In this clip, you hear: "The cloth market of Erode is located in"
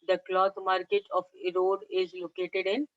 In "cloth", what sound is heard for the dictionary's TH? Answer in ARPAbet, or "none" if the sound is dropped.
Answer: T